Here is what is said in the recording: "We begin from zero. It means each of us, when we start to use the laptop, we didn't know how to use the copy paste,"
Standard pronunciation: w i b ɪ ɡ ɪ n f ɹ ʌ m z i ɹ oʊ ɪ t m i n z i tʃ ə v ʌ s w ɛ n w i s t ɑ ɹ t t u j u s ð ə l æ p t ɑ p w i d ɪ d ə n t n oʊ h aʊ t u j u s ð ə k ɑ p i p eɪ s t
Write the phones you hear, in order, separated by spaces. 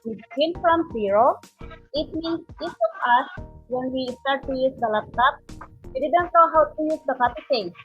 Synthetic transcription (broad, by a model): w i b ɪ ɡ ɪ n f ɹ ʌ m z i ɹ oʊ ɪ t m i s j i s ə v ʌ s w ɛ n w i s t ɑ ɹ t t u j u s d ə l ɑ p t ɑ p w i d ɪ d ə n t n oʊ h aʊ t u j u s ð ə k ɑ p i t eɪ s